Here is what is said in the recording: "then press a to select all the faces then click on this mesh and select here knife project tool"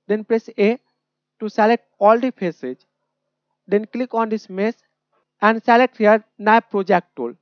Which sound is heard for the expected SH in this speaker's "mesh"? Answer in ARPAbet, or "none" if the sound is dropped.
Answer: S